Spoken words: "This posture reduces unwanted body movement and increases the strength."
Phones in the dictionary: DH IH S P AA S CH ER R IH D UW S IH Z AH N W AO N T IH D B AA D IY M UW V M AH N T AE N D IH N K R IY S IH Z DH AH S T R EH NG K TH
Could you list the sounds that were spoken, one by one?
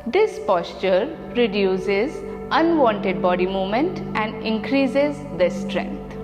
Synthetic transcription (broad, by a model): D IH S P AA S CH ER R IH D UW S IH Z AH N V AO N T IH D B AA D IY M UW V M AH N T AE N D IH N K R IY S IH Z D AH S T R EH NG K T